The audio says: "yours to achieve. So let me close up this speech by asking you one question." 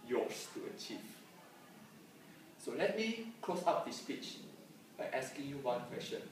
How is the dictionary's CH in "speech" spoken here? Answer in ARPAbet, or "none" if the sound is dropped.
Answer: CH